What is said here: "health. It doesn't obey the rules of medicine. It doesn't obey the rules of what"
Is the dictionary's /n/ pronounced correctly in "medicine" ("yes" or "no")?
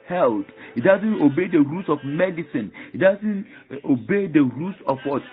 yes